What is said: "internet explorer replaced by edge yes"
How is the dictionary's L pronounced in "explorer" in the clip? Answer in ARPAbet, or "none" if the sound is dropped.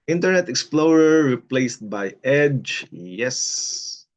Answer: L